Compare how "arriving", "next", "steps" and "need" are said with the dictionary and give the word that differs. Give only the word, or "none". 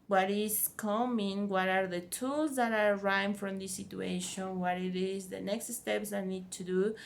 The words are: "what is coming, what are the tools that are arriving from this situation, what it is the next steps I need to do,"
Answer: arriving